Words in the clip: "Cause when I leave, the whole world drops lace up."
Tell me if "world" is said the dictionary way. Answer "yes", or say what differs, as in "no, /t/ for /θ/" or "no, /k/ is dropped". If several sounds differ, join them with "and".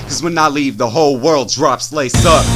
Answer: yes